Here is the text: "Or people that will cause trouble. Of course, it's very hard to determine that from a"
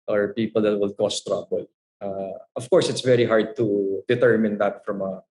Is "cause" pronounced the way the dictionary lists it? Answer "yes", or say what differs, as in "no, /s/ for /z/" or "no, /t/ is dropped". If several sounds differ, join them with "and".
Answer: no, /s/ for /z/